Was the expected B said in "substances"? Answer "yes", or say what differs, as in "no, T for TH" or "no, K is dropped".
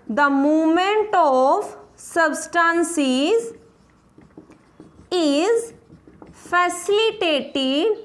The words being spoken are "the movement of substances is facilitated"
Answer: yes